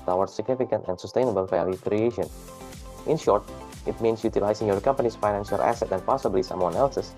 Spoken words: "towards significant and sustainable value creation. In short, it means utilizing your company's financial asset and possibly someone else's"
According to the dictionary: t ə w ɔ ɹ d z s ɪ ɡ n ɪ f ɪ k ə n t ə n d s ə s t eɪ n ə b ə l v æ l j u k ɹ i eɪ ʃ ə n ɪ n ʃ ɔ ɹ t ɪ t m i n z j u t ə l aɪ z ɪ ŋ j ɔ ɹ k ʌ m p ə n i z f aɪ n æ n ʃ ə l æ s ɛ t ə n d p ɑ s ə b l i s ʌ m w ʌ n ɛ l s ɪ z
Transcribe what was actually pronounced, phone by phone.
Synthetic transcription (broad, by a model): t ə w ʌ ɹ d s ɪ ɡ n ɪ f ɪ k ə n t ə n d s ə s t eɪ n ə b ə l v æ l j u k ɹ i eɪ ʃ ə n ɪ n ʃ ɔ ɹ t ɪ t m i n s j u t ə l aɪ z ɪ ŋ j ɔ ɹ k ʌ m p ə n i s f aɪ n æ n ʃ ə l æ s ɛ t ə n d p ɑ s ə b l i s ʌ m w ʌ n ɛ l s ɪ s